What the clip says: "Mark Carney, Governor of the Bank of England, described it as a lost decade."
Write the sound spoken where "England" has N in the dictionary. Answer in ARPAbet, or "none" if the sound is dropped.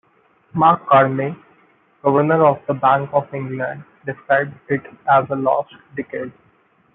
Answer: N